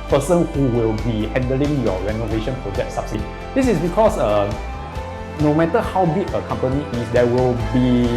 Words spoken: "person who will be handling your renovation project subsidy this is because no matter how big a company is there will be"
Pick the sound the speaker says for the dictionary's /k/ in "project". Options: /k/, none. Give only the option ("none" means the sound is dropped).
none